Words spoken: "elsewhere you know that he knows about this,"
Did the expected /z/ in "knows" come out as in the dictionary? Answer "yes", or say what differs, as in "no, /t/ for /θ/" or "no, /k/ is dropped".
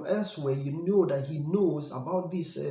yes